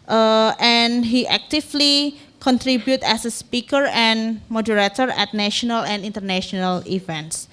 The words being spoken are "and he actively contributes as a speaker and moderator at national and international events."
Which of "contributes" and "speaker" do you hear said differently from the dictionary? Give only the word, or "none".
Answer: contributes